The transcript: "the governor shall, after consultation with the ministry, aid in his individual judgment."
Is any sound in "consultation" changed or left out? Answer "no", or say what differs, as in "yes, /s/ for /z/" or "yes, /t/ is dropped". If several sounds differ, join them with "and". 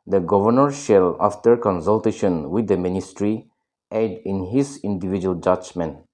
no